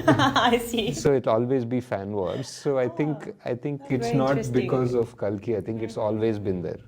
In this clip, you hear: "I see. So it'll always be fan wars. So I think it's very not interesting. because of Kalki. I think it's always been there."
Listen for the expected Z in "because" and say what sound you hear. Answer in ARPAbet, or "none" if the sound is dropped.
Z